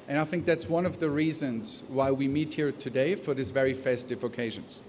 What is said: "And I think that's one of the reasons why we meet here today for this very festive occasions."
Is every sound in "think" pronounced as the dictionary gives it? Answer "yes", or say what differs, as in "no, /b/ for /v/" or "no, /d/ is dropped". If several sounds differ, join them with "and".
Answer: yes